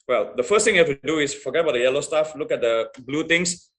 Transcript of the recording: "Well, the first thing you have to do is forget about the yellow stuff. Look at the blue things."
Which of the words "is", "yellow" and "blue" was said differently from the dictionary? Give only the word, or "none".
is